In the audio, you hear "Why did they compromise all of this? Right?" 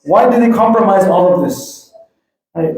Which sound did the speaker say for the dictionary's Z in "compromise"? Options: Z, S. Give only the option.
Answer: Z